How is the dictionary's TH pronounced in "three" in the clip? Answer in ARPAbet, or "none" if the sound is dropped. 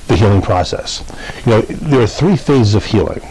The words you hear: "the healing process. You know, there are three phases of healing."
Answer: TH